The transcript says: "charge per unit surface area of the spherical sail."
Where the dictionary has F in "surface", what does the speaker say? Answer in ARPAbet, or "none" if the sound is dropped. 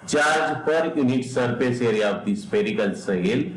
P